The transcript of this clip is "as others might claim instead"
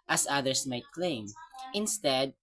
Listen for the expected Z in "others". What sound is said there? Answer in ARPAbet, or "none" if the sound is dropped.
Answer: S